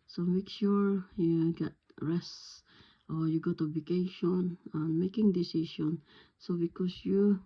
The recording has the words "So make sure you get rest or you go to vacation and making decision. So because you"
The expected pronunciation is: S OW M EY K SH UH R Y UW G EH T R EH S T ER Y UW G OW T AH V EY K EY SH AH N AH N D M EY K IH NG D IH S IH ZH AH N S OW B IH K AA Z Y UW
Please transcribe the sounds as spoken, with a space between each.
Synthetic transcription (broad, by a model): S OW M EY K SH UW R Y UW G EH T R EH S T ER Y UW G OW T AH B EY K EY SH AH N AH N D M EY K IH NG D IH S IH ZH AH N S OW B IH K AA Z Y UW